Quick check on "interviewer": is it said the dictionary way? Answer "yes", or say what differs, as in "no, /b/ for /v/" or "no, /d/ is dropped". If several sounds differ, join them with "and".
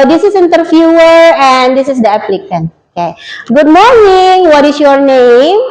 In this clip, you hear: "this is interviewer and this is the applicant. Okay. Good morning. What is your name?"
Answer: no, /f/ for /v/